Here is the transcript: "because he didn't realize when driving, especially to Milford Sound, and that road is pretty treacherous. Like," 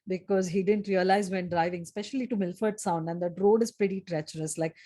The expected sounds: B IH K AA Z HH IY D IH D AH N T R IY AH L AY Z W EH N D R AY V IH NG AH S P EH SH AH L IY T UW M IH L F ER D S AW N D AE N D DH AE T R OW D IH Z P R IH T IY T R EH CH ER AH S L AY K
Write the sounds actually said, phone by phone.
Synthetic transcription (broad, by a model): B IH K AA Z HH IY D IH D AH N T R IY AH L AY Z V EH N D R AY V IH NG S P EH SH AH L IY T UW M IH L F ER D S AW N D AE N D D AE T R OW D IH Z P R IH T IY T R EH CH ER AH S L AY K